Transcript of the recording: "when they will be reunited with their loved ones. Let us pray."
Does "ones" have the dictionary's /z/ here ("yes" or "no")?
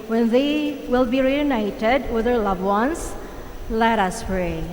no